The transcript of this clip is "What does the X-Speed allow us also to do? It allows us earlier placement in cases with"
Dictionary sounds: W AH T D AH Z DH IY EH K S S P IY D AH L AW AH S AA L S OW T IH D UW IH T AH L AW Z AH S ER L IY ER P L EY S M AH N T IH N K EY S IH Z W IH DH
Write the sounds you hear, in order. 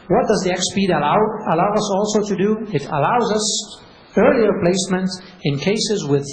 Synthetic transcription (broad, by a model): W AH T D AH Z DH IY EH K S S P IY D AH L AW AH S AA L S OW T IH D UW IH T AH L AW Z AH S ER L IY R P L EY S M AH N T IH N K EY S IH Z W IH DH